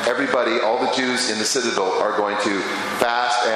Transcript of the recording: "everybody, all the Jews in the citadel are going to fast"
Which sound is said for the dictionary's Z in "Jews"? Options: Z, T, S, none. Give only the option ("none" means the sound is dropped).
Z